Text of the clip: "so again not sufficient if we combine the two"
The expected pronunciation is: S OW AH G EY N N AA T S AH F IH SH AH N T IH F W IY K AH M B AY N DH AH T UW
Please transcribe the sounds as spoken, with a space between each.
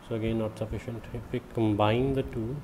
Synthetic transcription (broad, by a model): S OW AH G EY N N AA T S AH F IH SH AH N T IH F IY K AH M B AY N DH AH T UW